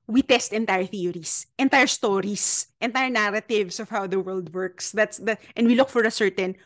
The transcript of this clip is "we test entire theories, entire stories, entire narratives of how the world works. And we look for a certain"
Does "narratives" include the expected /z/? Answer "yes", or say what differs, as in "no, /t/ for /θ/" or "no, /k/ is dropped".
no, /s/ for /z/